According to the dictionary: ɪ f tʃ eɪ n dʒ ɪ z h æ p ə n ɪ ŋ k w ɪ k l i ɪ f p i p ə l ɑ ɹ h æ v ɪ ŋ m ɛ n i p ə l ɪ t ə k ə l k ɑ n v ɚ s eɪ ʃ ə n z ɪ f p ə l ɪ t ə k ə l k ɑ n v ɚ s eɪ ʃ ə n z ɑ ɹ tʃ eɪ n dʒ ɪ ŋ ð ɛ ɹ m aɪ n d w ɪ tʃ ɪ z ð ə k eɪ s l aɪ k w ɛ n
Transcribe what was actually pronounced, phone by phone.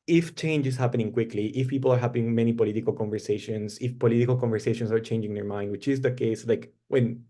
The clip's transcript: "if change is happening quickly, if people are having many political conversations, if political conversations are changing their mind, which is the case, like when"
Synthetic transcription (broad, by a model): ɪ f tʃ eɪ n dʒ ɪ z h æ p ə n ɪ ŋ k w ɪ k l i ɪ f p i p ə l ɑ ɹ h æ p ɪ ŋ m ɛ n i p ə l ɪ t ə k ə l k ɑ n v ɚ s eɪ ʃ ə n s ɪ f p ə l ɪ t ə k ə l k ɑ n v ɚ s eɪ ʃ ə n s ɑ ɹ tʃ eɪ n dʒ ɪ ŋ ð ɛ ɹ m aɪ n d w ɪ tʃ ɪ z ð ə k eɪ s l aɪ k w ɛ n